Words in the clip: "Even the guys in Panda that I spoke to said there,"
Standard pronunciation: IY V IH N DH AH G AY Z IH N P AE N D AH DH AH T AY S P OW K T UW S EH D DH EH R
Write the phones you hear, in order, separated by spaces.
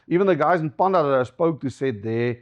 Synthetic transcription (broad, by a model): IY V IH N DH AH G AY Z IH N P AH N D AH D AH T AY S P OW K T UW S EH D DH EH